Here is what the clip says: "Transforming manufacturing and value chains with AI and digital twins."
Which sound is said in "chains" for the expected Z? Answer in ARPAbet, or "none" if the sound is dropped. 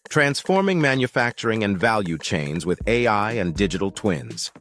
Z